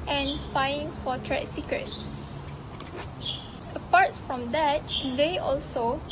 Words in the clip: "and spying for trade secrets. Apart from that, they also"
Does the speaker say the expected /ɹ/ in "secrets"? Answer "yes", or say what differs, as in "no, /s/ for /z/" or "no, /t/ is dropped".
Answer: yes